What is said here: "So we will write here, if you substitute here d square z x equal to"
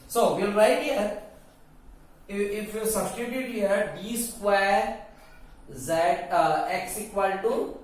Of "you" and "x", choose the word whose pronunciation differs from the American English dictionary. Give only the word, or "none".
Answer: none